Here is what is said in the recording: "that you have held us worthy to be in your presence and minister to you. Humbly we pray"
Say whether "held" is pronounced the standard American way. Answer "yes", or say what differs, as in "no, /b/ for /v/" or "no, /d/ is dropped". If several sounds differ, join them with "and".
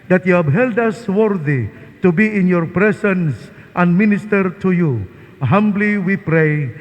yes